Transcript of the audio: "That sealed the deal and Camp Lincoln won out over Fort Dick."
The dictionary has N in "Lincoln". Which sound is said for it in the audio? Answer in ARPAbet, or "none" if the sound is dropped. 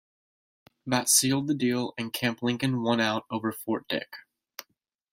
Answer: N